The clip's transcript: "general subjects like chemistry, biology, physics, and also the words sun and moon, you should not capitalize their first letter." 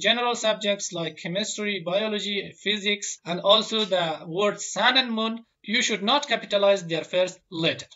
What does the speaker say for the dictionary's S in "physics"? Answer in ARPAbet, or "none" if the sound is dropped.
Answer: S